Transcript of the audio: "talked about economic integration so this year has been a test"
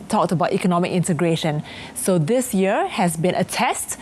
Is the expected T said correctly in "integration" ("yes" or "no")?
yes